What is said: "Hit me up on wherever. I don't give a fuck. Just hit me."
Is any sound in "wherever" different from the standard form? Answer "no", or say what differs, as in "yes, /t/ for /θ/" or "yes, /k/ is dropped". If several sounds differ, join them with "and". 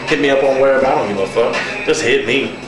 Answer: yes, /b/ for /v/